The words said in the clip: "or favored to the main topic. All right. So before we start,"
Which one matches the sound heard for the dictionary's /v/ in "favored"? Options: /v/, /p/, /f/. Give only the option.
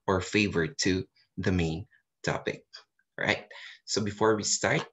/v/